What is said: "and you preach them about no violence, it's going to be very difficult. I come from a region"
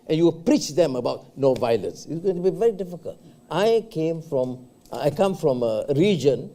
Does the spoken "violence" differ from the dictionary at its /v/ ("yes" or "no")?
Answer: no